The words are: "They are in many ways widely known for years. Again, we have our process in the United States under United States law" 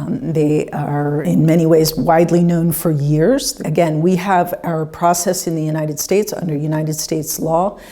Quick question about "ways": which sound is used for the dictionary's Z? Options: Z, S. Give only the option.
Z